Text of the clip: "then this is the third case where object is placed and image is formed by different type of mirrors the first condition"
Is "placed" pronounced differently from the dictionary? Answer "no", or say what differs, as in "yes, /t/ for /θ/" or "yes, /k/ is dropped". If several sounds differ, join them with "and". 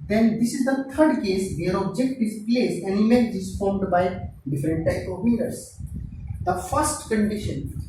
yes, /t/ is dropped